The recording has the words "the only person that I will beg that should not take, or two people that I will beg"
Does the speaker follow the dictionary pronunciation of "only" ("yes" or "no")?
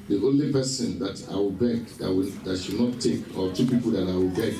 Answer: yes